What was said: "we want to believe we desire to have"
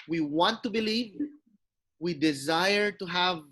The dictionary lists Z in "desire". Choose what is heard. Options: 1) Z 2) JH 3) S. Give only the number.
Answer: 1